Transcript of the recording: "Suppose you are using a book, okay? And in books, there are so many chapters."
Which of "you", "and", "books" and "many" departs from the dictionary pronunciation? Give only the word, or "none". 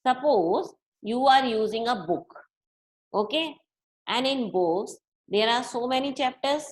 books